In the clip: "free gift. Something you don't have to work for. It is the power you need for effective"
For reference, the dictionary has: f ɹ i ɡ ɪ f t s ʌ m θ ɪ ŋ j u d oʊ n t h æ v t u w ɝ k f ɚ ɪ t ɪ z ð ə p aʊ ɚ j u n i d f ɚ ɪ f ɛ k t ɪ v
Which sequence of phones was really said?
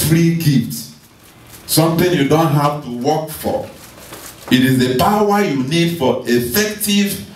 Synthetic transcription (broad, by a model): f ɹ i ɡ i t s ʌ m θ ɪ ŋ j u d oʊ n t h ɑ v t u w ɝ k f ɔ ɪ t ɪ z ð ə p aʊ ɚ j u n i d f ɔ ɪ f ɛ k t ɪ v